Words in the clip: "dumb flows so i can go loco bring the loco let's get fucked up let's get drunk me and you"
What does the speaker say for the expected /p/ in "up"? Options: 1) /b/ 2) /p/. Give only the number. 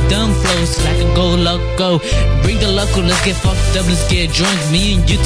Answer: 1